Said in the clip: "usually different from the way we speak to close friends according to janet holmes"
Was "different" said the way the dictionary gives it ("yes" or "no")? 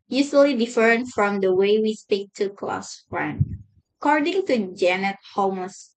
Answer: no